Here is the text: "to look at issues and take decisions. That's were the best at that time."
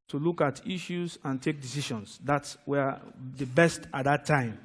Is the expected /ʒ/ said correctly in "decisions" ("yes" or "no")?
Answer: no